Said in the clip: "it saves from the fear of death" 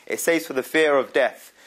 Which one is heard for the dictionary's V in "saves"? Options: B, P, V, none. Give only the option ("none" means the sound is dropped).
none